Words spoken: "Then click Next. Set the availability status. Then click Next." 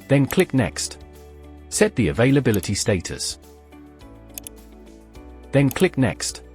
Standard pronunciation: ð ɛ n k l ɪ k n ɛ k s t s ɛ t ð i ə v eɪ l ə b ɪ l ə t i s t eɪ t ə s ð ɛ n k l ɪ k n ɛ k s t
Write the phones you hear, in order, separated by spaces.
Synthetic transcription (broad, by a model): ð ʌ n k l ɪ k n ɛ k s t s ɛ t ð i ə v eɪ l ə b ɪ l ə t i s t eɪ t ə s ð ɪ n k l ɪ k n ɛ k s t